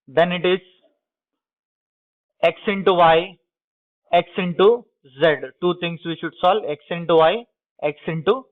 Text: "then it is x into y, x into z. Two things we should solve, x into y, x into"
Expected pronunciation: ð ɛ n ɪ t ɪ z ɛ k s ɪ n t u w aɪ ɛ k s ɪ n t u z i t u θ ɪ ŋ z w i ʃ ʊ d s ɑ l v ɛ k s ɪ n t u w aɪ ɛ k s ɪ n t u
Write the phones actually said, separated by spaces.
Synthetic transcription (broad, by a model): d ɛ n ɪ t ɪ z ɛ k s ɪ n t u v aɪ ɛ k s ɪ n t u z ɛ t u t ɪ ŋ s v i ʃ ʊ d s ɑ l ɛ k s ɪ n t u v aɪ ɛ k s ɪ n t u